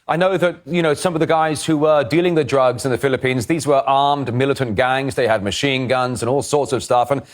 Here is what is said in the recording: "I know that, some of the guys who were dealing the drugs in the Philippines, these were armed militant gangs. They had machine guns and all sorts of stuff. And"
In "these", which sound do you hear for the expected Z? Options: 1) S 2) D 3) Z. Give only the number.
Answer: 3